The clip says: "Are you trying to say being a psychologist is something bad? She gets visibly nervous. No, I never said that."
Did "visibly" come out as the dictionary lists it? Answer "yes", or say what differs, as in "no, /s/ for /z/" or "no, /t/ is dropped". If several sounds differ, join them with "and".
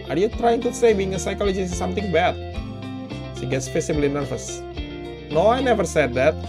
no, /f/ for /v/ and /s/ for /z/